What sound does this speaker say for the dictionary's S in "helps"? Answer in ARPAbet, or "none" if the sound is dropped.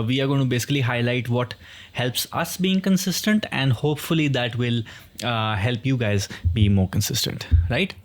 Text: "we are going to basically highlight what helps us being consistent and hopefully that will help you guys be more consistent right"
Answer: S